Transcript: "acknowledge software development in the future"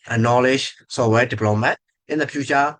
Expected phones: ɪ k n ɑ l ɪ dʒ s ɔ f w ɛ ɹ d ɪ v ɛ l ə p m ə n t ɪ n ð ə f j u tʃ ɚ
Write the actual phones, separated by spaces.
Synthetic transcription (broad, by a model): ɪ n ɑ l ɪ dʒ s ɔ w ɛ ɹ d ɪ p l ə m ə t ɪ n ð ə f j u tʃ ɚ